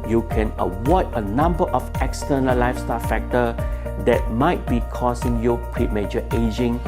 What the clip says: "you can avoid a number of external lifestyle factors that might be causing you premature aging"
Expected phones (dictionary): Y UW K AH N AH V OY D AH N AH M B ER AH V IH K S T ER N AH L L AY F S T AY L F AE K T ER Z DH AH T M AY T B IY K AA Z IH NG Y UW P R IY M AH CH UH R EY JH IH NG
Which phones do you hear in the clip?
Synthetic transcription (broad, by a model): Y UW K AH N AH W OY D AH N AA M B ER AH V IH K S T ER N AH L L AY F S T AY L F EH K T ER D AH T M AY T B IY K AA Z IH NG Y UW P R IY M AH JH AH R EY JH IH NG